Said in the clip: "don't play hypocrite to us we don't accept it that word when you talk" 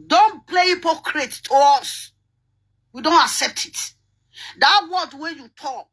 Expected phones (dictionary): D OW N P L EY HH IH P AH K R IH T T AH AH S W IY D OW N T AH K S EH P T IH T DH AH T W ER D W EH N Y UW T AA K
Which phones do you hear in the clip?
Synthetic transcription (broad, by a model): D OW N P L EY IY P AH K R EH T T AH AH S W IY D OW N T AH K S EH P T IH T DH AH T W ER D W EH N Y UW T AA K